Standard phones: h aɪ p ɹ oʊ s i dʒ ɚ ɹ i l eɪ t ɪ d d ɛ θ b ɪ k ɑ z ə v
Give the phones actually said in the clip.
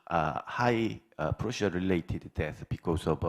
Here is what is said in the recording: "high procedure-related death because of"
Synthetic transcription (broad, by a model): h aɪ p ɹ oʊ ʃ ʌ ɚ ɹ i l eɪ t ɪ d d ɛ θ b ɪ k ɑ s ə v